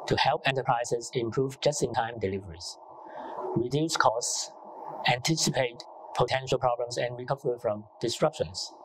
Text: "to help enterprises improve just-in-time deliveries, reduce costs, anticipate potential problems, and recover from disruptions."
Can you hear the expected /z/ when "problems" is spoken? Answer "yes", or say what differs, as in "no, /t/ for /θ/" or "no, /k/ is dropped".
no, /s/ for /z/